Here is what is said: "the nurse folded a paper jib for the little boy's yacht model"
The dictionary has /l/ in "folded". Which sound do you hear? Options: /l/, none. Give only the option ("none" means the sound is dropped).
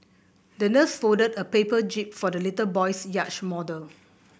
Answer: none